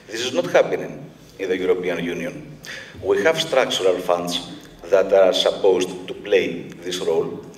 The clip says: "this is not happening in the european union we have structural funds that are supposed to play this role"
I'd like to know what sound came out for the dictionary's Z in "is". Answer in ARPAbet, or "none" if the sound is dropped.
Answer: Z